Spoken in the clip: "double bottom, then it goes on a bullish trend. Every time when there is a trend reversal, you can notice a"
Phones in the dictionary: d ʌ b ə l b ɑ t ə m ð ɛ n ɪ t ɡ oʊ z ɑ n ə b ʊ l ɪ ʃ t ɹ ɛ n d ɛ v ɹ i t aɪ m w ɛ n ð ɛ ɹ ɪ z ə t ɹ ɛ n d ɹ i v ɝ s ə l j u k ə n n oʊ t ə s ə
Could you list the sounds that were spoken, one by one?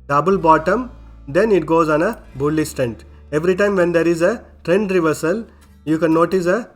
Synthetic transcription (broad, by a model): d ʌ b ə l b ɑ t ə m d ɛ n ɪ t ɡ oʊ z ɑ n ə b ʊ l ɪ s t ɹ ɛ n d ɛ v ɹ i t aɪ m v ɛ n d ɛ ɹ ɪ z ə t ɹ ɛ n d ɹ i v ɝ s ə l j u k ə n n oʊ t ə s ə